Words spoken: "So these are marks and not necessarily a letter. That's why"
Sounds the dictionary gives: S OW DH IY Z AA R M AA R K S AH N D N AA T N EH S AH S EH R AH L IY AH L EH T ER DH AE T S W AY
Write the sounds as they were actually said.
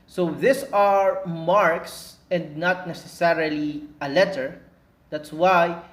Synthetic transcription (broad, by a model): S OW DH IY S AA R M AA R K S AH N D N AA T N EH S AH S EH R AH L IY AH L EH T ER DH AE T S W AY